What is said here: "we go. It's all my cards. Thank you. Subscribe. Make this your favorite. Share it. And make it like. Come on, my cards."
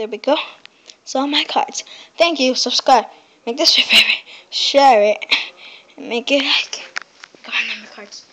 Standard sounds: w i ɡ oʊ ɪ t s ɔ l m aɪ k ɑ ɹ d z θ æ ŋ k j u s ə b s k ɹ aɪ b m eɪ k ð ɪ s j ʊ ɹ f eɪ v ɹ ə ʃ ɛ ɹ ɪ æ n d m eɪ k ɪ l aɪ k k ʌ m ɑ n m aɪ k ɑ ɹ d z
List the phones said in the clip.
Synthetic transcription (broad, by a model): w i ɡ oʊ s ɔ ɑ m aɪ k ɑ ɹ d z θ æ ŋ k j u s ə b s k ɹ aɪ m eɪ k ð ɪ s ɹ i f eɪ ɹ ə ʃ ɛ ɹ ɪ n m eɪ k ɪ l aɪ k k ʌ ɑ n m aɪ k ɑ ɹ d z